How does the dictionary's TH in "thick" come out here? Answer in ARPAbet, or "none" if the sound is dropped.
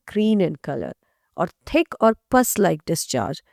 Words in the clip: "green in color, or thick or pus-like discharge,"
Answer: T